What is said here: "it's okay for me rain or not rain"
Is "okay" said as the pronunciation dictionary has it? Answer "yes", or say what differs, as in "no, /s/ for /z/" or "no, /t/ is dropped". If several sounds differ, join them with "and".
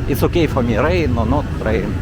yes